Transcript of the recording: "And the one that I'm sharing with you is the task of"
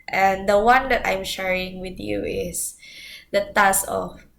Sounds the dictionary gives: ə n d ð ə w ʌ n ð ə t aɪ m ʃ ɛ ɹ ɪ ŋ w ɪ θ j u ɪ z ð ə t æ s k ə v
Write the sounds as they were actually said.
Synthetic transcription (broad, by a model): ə n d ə w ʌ n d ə t aɪ m ʃ ɛ ɹ ɪ ŋ w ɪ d j u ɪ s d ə t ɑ s ə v